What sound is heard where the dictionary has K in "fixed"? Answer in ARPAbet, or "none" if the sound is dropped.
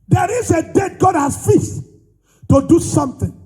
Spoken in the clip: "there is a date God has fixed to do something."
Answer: none